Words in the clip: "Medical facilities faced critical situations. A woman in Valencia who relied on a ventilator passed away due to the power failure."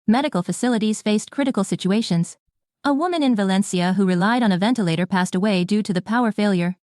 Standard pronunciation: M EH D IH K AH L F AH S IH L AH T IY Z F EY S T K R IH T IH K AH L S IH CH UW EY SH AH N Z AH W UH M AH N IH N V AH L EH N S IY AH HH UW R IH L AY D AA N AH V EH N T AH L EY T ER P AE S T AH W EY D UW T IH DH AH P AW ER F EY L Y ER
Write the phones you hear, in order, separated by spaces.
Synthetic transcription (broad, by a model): M EH D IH K L F AH S IH L AH T IY Z F EY S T K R IH T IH K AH L S IH CH UW EY SH AH N Z AH W UH M AH N IH N V AH L EH N S IY AH HH UW R IH L AY D N AH V EH N T AH L EY T ER P AE S T AH W EY D UW T IH DH AH P AW ER F EY L Y ER